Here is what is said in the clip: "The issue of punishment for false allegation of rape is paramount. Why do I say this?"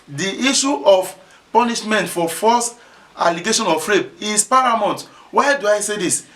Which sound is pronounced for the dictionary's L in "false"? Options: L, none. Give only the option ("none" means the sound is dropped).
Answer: none